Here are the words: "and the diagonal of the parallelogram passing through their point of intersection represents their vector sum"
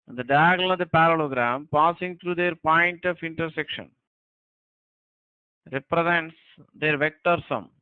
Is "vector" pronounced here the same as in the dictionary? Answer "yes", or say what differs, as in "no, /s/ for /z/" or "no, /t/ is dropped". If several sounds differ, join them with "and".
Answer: yes